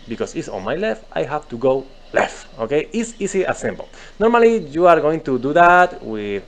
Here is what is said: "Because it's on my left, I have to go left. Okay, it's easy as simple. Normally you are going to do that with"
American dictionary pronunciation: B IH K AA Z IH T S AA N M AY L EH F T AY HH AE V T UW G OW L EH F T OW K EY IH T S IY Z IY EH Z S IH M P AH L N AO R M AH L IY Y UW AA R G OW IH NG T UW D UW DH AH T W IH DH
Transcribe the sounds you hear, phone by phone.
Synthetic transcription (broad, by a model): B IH K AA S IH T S AA N M AY L EH F T AY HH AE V T UW G OW L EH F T OW K EY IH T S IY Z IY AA S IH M B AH L N AO R M AH L IY Y UW AA R G OW IH NG T UW D UW DH AH T W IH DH